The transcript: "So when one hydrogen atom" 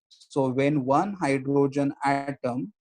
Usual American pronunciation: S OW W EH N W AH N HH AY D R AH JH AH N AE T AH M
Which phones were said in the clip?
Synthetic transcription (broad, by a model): S OW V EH N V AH N HH AY D R AH JH AH N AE T AH M